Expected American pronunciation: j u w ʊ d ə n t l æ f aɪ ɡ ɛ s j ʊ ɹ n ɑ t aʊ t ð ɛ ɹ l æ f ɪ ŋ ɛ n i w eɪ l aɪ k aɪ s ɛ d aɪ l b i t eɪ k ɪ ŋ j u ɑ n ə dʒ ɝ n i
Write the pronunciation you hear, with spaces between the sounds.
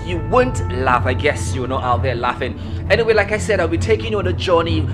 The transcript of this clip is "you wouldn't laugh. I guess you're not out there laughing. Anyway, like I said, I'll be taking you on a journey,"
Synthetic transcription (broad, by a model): j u w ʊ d n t l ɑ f aɪ ɡ ɛ s j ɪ w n ɑ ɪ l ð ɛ l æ f ɪ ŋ ɛ n i w eɪ l aɪ k aɪ s ɛ d aɪ l b i t eɪ k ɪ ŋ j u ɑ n ə dʒ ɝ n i